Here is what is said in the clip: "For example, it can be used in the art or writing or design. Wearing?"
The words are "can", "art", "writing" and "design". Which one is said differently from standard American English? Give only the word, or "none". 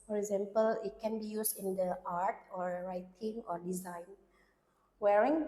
none